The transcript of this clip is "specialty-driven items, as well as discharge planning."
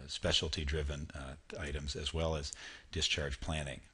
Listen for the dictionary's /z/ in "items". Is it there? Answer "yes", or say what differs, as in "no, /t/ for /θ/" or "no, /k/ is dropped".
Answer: yes